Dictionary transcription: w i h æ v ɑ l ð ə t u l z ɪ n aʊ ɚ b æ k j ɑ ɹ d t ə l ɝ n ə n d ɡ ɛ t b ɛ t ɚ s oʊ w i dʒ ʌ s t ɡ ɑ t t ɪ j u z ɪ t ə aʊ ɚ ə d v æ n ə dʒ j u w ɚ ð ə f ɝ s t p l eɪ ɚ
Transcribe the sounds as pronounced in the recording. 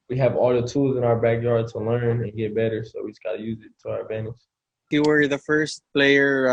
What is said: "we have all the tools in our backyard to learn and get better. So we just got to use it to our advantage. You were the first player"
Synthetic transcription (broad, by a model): w i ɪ v ɑ l ð ə t u l z ɪ n aʊ ɚ b æ k j ɑ ɹ d t ə l ɝ n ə n ɡ ɛ t b ɛ t ɚ s oʊ w i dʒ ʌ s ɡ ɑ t t ɪ j u z ɪ t ə aʊ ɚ ə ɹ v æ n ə ʃ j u w ɚ ð ə f ɝ s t p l eɪ ɚ